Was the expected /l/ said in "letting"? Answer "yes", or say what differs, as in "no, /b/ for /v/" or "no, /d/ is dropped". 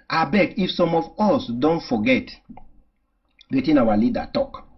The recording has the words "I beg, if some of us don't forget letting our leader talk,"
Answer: no, /w/ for /l/